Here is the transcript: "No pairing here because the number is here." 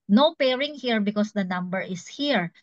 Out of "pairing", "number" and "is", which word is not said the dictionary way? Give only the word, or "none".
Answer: is